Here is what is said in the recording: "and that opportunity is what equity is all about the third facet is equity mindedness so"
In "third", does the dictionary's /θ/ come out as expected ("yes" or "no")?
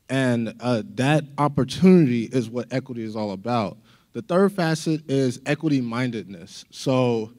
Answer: yes